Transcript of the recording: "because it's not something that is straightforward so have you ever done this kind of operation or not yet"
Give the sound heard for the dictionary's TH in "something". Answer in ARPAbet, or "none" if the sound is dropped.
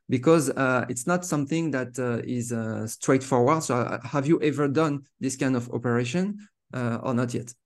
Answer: TH